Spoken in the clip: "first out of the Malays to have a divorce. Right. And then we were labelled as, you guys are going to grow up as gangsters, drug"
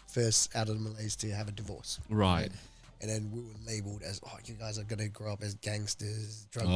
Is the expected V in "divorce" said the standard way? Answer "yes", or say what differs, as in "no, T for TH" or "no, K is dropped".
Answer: yes